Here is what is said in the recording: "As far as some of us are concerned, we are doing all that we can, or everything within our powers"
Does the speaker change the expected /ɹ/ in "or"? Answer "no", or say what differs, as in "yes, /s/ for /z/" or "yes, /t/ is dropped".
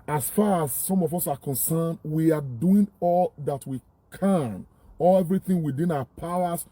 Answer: yes, /l/ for /ɹ/